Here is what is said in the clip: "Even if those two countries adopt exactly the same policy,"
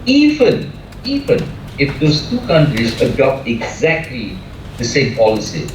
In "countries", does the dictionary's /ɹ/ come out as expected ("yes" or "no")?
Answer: yes